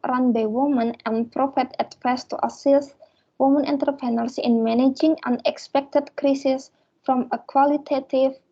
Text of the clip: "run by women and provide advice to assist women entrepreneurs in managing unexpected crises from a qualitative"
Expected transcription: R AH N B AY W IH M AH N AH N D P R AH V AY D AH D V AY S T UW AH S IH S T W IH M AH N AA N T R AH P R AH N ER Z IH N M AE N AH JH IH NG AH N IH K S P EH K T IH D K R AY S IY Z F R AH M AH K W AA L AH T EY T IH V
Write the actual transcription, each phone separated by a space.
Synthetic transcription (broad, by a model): R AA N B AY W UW M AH N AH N P R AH F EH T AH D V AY S T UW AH S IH S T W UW M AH N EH N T AH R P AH N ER S IH N M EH N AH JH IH NG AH N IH K S P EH K T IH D K R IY S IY S F R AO M AH K W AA L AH T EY T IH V